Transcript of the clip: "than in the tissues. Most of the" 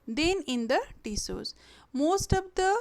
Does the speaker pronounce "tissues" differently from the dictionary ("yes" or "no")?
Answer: yes